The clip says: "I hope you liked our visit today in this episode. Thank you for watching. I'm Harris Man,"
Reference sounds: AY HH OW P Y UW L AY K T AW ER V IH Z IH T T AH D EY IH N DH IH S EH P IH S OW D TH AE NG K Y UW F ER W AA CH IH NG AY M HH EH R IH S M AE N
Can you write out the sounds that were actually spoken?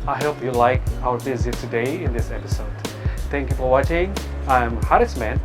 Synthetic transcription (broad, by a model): AY HH OW P Y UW L AY K AW ER V IH Z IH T T AH D EY IH N DH IH S EH P IH S OW D TH AE NG K Y UW F ER W AA CH IH NG AY M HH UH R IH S M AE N